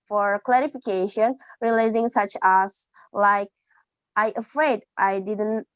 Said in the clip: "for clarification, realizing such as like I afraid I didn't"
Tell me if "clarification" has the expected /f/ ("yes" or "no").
yes